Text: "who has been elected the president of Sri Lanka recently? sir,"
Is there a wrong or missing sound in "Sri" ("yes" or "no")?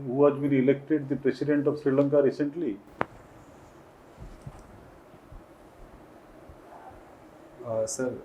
no